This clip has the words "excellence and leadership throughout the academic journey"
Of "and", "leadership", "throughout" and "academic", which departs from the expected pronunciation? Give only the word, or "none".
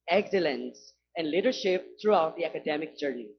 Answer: throughout